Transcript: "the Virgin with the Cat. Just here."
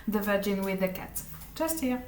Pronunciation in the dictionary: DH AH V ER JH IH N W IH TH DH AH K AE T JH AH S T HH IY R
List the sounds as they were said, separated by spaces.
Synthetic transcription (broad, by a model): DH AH V ER JH IH N W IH DH AH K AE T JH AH S T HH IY